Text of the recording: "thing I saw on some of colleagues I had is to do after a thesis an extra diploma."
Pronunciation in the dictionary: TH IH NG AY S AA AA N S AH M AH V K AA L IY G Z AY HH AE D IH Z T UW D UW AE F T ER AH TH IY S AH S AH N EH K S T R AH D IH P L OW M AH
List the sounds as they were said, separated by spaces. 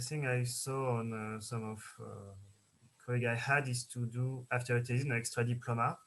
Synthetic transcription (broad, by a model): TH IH NG AY S AA AA N S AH M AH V K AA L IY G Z AY HH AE D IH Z T UW D UW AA F T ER AH T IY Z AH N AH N EH K S T R AH D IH P L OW M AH